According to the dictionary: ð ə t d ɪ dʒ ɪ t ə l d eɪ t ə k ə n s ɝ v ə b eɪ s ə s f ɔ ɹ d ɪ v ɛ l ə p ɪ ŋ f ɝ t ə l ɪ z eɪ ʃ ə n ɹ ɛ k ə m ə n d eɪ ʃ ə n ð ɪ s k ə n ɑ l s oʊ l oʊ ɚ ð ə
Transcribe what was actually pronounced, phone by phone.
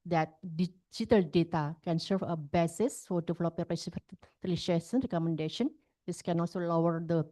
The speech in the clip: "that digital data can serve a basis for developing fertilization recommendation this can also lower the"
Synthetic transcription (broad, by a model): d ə t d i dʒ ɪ t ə l d eɪ t ə k ə n s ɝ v ə b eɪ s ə s f ɔ ɹ d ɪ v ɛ l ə p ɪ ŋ p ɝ s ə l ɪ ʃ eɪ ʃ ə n ɹ ɛ k ə m ə n d eɪ ʃ ə n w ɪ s k ə n ɑ l s oʊ l oʊ ɚ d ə